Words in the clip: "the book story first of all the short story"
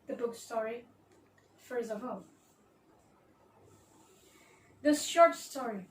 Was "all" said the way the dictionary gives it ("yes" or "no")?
yes